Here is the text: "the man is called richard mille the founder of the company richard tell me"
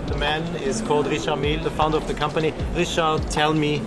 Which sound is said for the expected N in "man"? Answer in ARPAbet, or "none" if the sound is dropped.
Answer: N